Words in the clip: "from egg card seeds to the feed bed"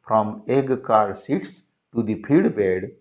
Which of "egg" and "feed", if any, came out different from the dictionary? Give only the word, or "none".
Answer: feed